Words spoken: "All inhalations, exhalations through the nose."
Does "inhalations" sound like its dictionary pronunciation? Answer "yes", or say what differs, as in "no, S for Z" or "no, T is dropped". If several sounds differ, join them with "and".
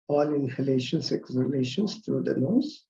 no, S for Z